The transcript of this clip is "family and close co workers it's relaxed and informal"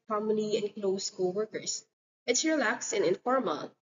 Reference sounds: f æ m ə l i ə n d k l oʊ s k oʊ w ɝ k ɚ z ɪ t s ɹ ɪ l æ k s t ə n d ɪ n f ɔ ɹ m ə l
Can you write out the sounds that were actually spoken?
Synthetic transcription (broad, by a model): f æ m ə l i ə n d k l oʊ s k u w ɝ k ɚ s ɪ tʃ ɹ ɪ l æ k s ə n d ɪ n f ɔ ɹ m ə l